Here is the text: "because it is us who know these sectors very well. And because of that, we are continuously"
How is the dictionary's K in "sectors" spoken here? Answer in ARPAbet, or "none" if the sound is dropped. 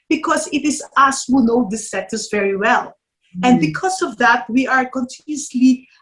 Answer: none